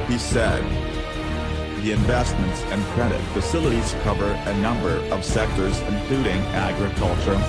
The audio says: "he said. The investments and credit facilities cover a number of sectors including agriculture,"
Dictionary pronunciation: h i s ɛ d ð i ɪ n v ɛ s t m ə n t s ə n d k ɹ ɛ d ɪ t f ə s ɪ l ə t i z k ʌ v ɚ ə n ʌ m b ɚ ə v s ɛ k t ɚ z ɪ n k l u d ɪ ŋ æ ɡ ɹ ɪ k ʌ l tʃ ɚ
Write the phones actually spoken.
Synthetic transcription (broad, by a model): h i s ɛ d ð i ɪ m v ɛ s t m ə n t s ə n k ɹ ɛ d ɪ t f ə s ɪ l ə t i z k ʌ v ɚ ə n ʌ m b ɚ ə v s ɛ k t ɚ z ɪ n k l u d ɪ ŋ æ ɡ ɹ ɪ k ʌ l tʃ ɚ